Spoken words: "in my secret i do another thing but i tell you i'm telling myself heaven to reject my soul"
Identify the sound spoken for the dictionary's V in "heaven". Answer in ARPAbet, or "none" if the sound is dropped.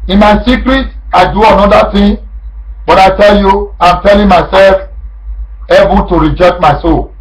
B